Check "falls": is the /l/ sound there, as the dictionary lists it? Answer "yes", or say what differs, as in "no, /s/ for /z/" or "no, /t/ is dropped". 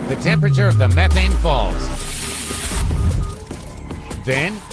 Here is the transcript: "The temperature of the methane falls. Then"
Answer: yes